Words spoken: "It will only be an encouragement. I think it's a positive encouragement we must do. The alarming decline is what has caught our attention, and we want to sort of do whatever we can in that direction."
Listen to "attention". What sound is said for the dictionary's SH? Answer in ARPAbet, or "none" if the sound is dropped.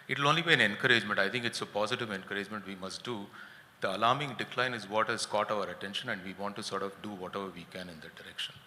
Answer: SH